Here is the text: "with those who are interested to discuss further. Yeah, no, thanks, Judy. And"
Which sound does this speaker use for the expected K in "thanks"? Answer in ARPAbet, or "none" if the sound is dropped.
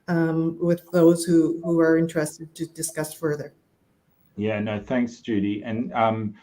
K